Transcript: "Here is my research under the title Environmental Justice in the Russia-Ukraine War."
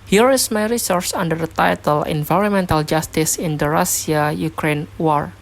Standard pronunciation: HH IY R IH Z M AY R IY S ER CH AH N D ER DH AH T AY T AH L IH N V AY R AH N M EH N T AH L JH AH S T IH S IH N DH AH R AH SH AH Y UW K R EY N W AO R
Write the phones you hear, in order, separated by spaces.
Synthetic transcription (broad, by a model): HH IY R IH S M AY R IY S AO S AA N D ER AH T AY T AH L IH N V AY R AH N M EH N T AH L JH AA S T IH S IH N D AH R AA S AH Y UW K R EY N W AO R